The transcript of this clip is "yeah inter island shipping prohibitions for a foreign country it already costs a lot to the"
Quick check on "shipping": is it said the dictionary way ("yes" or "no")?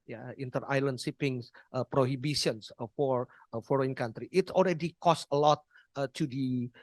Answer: no